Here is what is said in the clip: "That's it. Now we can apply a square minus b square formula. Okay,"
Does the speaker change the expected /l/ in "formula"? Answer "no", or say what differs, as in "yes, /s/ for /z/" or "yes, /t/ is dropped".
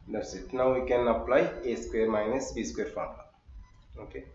yes, /n/ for /l/